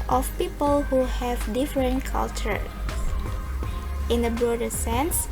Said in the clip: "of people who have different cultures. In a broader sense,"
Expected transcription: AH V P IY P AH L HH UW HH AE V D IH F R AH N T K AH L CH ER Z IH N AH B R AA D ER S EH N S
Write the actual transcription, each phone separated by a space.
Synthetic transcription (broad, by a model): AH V P IY P AH L HH UW HH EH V D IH F R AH N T K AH L CH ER IH N AH B R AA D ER S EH N S